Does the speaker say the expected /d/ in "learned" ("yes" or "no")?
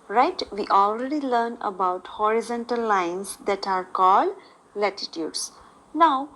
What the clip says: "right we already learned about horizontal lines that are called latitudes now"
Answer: no